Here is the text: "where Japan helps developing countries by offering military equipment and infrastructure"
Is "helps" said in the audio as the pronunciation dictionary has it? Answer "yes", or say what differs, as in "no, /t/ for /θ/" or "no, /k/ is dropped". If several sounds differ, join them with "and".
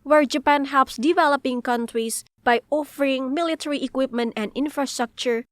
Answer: yes